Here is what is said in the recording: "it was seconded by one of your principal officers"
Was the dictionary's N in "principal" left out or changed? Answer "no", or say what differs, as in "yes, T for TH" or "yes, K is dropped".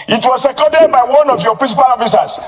yes, N is dropped